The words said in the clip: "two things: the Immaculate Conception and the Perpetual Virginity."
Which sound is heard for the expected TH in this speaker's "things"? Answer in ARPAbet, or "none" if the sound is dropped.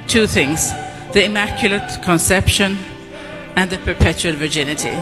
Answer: TH